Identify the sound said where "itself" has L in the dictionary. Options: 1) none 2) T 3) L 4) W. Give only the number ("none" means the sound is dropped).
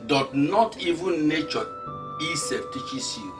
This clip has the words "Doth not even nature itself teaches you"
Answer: 1